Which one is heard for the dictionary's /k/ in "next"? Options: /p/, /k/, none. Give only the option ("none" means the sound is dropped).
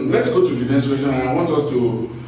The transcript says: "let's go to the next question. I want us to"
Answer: none